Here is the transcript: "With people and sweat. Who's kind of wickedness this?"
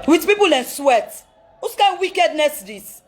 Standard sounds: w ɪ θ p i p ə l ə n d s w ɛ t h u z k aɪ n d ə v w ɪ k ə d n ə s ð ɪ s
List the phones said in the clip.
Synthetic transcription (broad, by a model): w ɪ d p i p ə l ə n s w ɛ t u s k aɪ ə w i k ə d n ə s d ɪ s